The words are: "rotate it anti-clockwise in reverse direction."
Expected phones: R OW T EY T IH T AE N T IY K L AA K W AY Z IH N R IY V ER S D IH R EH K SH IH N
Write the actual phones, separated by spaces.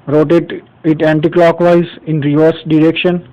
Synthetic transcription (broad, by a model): R OW T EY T IH T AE N T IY K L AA K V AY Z IH N R IY V ER S D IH R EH K SH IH N